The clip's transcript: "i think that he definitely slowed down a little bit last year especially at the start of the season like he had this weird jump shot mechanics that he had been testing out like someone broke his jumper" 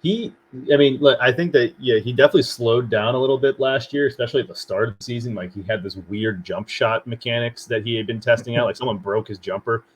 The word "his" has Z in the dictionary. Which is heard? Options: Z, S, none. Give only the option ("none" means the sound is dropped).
Z